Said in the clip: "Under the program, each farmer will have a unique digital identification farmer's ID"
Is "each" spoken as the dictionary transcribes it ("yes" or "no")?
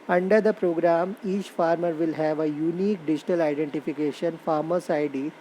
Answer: yes